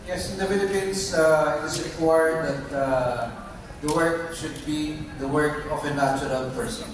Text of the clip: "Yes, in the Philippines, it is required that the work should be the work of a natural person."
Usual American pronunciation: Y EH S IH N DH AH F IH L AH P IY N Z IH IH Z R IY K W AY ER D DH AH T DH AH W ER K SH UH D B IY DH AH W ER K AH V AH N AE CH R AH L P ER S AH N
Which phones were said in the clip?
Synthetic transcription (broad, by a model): Y EH S IH N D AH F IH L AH P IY N S IH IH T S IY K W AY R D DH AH T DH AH W ER K SH UH D B IY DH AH W ER K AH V AH N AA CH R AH L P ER S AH N